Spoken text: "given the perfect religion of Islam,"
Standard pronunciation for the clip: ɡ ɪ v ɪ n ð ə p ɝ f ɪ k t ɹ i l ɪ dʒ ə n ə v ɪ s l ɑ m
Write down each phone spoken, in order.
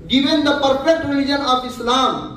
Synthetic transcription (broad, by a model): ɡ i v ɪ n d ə p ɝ p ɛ k t ɹ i l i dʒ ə n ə p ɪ s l ɑ m